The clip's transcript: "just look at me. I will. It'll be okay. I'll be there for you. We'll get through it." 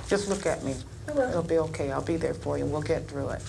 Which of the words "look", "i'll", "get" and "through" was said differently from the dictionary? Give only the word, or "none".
none